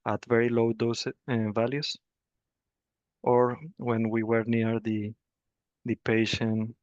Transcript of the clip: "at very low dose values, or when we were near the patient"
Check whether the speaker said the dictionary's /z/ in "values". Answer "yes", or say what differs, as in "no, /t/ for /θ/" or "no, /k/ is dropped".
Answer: no, /s/ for /z/